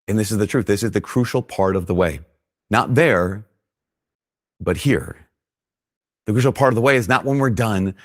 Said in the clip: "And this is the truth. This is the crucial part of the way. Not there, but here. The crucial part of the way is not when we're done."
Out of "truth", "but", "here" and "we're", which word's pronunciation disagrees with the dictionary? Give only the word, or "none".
none